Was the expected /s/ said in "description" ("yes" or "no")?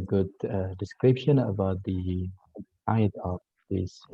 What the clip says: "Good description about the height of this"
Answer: yes